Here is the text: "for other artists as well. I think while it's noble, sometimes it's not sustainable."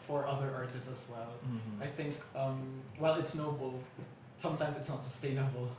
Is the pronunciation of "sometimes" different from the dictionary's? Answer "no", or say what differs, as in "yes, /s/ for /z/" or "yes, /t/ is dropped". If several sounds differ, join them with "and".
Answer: no